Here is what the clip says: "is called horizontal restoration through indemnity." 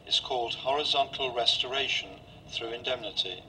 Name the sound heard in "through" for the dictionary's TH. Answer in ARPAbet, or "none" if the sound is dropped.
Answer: TH